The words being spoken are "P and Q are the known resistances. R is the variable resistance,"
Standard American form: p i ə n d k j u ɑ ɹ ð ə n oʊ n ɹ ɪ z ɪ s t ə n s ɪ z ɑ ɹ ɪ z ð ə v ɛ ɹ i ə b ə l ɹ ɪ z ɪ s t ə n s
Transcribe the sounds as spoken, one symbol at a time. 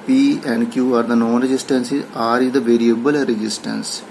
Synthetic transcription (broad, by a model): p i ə n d k j u ɑ ɹ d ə n oʊ n ɹ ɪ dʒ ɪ s t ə n s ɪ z ɑ ɹ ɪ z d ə v ɛ ɹ i ə b ə l ɹ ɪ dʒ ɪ s t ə n s